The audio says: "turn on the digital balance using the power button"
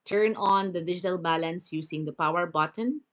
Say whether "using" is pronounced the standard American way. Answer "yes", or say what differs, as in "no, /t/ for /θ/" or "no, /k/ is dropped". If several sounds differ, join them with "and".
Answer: no, /s/ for /z/